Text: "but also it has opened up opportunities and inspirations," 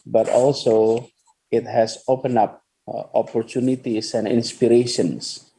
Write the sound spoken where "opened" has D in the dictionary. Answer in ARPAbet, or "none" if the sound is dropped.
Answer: none